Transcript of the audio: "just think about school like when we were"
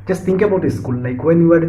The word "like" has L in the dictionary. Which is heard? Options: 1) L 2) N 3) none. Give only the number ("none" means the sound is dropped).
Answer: 2